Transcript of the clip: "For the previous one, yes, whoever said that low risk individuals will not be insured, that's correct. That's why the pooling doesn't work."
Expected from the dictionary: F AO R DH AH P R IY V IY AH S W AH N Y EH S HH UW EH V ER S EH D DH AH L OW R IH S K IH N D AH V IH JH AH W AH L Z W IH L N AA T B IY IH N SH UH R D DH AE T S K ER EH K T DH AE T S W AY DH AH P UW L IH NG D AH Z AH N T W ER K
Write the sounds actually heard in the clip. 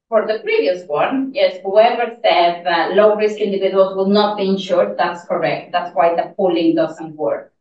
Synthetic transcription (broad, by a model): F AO R DH AH P R IY V IY AH S W AH N Y EH S HH UW EH V ER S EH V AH L OW R IH S K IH N D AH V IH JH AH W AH L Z W IH L N AA T B IY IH N SH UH R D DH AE T S K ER EH K T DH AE T S W AY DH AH P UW L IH NG D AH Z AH N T W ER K